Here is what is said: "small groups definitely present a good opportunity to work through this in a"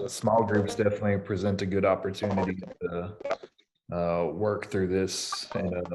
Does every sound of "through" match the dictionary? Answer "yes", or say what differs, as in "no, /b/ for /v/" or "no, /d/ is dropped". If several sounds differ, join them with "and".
yes